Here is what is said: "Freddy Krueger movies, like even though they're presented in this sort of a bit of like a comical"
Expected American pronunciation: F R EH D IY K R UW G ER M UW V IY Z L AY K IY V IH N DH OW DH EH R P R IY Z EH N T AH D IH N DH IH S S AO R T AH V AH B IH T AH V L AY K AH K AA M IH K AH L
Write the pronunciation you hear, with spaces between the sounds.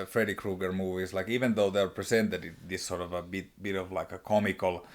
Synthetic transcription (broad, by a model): F R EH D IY K R UW G ER M UW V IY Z L AY K IY V IH N DH OW DH EH R P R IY S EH N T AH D IH N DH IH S S AO R T AH V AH B IH T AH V L AY K AH K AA M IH K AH L